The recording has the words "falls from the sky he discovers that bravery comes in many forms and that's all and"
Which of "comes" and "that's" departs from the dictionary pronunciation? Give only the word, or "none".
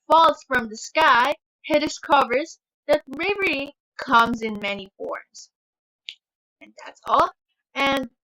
none